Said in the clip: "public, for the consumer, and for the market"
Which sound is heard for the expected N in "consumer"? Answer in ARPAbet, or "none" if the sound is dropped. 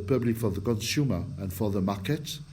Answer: N